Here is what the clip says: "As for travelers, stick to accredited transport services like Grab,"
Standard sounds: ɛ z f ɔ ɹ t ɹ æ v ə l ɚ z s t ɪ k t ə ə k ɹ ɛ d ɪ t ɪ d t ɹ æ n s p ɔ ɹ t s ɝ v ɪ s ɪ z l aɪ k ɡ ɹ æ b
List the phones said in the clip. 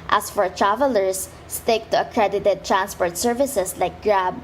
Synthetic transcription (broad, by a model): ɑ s f ɔ ɹ t ɹ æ v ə l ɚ s t ɪ k t ə ə k ɹ ɛ d ɪ t ɪ d t ɹ æ n s p ɔ ɹ t s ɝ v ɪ s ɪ s l aɪ k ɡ ɹ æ b